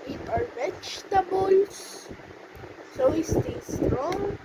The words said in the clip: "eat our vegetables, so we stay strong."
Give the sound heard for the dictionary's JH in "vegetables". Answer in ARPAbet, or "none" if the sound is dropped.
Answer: CH